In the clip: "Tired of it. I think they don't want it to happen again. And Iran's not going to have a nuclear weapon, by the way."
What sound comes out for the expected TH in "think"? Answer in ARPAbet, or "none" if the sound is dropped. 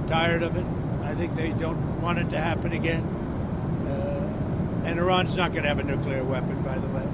TH